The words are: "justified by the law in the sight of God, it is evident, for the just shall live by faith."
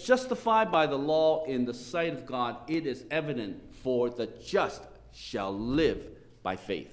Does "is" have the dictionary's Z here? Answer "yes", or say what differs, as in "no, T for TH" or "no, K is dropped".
yes